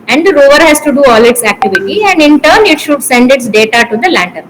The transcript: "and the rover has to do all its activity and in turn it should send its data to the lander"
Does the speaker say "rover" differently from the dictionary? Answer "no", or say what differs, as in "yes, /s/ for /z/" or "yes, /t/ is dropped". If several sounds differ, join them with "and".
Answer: no